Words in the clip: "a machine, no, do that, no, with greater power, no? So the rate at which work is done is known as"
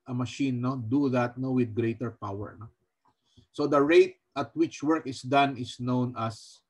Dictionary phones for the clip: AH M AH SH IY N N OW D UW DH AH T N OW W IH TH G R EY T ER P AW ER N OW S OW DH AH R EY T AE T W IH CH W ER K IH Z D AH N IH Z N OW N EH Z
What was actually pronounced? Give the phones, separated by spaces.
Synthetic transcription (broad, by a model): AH M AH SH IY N N OW D UW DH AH T N OW W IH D G R EY T ER P AW ER N OW S OW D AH R EY T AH T W IH CH W ER K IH S D AH N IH S N OW N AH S